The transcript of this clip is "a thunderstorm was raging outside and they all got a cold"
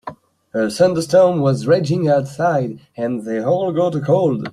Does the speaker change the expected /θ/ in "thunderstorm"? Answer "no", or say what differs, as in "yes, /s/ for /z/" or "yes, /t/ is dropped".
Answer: yes, /s/ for /θ/